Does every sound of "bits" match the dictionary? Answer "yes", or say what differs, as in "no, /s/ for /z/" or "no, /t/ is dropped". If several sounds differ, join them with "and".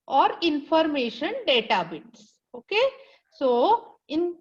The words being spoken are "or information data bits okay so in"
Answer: yes